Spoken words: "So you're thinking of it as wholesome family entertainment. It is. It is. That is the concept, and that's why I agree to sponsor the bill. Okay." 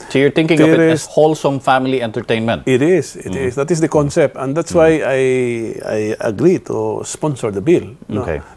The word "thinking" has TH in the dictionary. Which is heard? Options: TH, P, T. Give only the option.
T